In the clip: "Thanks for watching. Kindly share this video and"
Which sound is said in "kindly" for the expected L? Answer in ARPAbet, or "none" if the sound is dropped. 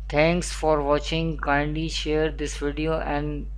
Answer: none